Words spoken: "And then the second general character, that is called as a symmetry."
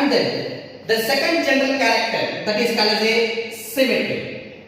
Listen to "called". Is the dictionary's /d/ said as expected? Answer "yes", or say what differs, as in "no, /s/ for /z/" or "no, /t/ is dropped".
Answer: no, /d/ is dropped